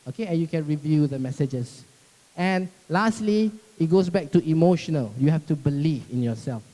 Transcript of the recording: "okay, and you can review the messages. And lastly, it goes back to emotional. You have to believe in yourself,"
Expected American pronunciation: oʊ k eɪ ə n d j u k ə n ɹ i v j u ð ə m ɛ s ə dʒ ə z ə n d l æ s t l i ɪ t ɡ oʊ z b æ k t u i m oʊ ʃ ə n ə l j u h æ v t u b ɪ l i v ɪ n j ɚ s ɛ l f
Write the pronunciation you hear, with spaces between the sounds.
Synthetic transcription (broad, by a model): oʊ k eɪ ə n j u k ə n ɹ i v j u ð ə m ɛ s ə dʒ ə s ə n l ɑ s t l i ɪ t ɡ oʊ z b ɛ k t u i m oʊ ʃ ə n ə l j u h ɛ f t u b ɪ l i v ɪ n j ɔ s ɛ l f